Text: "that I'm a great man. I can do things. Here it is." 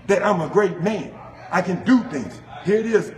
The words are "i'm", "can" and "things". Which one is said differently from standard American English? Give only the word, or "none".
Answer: none